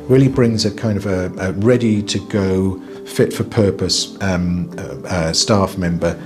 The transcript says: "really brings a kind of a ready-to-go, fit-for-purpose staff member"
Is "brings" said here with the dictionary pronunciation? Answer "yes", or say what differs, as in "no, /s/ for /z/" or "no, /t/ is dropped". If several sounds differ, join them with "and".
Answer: yes